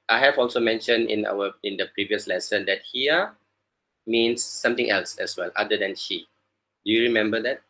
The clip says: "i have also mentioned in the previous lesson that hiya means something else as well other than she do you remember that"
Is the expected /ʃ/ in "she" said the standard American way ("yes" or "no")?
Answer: yes